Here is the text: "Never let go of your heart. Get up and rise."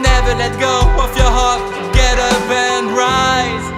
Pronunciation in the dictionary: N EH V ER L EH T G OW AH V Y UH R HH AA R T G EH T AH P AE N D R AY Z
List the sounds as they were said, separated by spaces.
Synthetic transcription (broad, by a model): N EH V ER L EH T G OW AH F Y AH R HH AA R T G EH T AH B AE N D R AY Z